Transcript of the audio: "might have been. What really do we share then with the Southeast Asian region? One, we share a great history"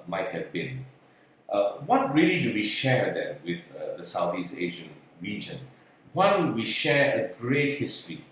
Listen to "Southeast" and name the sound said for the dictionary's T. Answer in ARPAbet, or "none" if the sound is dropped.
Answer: none